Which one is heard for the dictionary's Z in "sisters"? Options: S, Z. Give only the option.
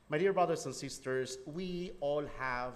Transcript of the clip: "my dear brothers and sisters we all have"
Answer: S